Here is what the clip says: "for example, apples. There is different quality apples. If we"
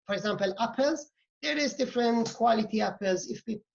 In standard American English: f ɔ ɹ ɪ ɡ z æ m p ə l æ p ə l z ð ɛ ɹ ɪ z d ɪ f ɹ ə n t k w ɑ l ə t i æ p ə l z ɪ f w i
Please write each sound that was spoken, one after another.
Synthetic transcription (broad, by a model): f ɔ ɹ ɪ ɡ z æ m p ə l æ p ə l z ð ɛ ɹ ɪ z d ɪ f ɹ ə n t k w ɑ l ə t i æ p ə l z ɪ f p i